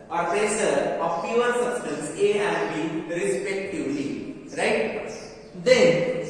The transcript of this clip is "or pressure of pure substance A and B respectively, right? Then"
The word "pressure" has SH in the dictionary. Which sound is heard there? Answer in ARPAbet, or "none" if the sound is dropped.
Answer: S